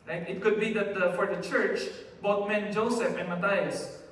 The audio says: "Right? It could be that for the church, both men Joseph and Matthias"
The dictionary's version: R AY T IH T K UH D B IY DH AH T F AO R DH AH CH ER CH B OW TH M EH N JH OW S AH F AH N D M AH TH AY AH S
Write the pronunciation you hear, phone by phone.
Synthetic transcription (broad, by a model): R AY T IH T K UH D B IY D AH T F AO R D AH CH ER CH B OW T M EH N JH OW S AH F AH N M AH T AY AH S